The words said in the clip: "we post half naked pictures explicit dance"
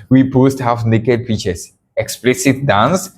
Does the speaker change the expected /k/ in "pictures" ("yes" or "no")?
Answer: yes